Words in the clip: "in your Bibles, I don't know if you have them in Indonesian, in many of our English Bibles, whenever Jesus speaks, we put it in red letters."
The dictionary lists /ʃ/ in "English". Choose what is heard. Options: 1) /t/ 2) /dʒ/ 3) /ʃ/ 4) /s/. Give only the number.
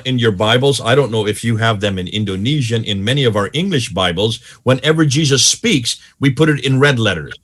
3